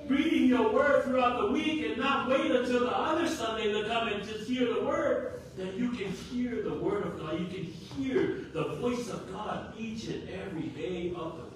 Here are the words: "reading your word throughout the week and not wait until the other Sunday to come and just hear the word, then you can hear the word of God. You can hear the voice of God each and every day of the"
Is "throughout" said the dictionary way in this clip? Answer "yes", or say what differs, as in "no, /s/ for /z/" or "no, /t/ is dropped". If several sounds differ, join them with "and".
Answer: yes